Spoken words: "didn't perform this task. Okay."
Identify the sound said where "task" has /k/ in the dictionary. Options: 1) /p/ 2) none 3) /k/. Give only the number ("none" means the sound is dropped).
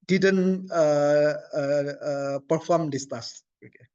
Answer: 2